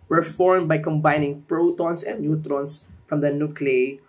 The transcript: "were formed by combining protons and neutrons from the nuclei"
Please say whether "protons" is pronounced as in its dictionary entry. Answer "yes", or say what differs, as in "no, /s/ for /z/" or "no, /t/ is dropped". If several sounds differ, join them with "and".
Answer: no, /s/ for /z/